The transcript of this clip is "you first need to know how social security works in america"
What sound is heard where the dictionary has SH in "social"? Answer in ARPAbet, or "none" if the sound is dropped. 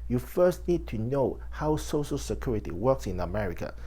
SH